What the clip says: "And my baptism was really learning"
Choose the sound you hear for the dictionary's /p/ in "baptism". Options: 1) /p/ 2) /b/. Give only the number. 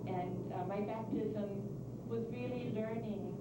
1